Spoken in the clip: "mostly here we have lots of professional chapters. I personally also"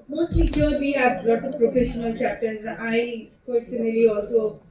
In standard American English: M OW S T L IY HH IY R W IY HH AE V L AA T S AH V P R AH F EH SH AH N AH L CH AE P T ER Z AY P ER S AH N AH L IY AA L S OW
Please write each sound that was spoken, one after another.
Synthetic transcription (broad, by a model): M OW S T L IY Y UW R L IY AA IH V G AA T AH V P R AH F EH SH AH N AH L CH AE P T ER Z AY P ER S AH N AH L IY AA L S OW